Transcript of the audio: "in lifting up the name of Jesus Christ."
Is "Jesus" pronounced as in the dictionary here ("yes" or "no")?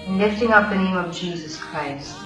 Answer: yes